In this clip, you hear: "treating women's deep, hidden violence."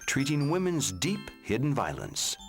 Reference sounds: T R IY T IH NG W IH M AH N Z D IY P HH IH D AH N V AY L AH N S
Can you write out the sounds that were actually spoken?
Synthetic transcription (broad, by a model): T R IY T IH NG W IH M AH N Z D IY P HH IH D N V AY L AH N S